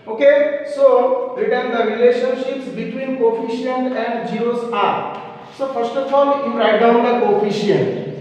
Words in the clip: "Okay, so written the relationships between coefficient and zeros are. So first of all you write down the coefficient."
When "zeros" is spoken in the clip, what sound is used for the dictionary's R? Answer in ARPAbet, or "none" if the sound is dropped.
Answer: none